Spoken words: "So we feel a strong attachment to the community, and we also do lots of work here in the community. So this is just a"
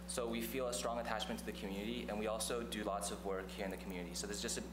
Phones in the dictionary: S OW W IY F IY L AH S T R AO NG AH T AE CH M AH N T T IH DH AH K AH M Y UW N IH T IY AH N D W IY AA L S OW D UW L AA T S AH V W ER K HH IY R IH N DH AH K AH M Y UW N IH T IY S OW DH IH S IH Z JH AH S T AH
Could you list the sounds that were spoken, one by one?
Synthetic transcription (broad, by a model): S OW W IY F IY L AH S T R AO NG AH T AE CH M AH N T T IH DH AH K M Y UW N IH T IY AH N W IY AA L S OW D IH L AA T S AH V W ER K HH IY R IH N DH AH K M Y UW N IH T IY S OW DH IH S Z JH AH S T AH